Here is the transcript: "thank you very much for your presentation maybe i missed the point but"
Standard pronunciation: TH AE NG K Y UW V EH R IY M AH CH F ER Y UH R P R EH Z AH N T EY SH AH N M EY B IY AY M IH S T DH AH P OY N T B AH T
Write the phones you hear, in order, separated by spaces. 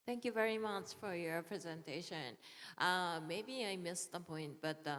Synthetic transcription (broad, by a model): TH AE NG K Y UW V EH R IY M AH CH F ER Y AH R P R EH Z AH N T EY SH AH N M EY B IY AY M IH S DH AH P OY N T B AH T